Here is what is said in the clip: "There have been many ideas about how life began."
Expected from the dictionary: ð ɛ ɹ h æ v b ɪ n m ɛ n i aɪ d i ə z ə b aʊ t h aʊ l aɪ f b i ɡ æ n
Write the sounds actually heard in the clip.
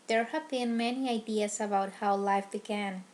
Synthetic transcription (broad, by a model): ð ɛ ɹ h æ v b ɪ n m ɛ n i aɪ d i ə s ə b aʊ t h aʊ l aɪ f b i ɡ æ n